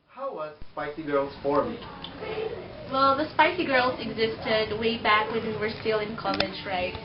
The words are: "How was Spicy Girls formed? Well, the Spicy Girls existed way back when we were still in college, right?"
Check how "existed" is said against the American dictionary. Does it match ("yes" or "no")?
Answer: yes